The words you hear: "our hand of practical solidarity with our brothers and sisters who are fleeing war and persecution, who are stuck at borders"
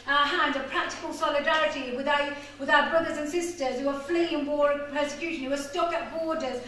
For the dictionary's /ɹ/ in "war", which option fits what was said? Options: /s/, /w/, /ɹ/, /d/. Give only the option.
/ɹ/